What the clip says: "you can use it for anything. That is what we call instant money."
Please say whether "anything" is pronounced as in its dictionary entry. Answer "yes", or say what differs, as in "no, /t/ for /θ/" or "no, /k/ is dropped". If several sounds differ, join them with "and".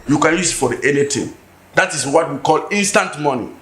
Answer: no, /t/ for /θ/